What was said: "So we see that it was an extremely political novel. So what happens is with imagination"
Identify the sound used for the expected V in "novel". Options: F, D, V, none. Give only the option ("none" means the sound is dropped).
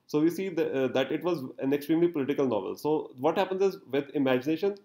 V